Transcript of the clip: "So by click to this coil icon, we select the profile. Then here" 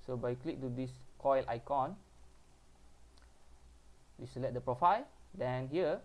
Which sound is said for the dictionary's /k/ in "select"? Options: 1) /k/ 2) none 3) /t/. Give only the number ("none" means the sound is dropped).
2